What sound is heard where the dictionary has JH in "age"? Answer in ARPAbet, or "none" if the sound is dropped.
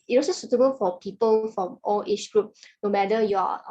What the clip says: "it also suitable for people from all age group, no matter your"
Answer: CH